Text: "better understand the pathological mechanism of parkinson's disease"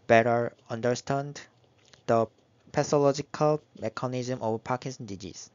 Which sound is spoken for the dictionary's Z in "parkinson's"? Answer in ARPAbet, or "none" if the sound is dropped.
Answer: none